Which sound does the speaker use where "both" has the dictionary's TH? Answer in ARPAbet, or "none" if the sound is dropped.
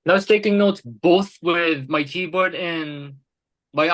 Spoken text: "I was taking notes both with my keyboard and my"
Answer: TH